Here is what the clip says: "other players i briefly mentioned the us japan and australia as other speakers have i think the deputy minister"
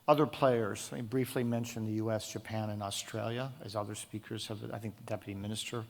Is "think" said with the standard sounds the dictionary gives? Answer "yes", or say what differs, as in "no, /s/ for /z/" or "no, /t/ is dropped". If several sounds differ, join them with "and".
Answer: yes